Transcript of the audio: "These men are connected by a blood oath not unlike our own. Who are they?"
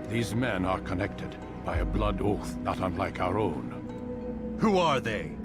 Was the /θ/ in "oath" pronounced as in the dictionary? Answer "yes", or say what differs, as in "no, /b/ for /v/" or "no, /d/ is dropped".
yes